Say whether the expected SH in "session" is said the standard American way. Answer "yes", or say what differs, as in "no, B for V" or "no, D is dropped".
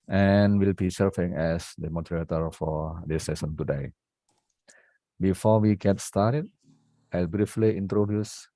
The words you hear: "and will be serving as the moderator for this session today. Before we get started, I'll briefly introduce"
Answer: no, S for SH